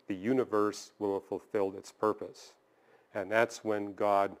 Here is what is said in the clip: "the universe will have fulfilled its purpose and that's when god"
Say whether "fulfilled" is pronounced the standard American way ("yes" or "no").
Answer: yes